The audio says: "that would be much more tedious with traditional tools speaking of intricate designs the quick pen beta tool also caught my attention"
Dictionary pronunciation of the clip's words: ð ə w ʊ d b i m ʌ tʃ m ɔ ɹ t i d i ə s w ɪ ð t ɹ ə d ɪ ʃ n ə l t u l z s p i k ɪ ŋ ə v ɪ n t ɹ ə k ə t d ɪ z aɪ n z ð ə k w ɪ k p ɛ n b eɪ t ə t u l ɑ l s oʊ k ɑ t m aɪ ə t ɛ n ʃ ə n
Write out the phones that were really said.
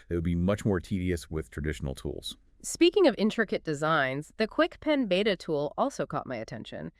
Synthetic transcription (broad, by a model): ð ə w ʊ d b i m ʌ tʃ m ɔ ɹ t i d i ə s w ɪ ð t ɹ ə d ɪ ʃ n l t u l z s p i k ɪ ŋ ə v ɪ n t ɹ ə k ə t d ɪ z aɪ n z ð ə k w ɪ k p ɛ n b eɪ t ə t u l ɑ l s oʊ k ɑ t m aɪ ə t ɛ n ʃ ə n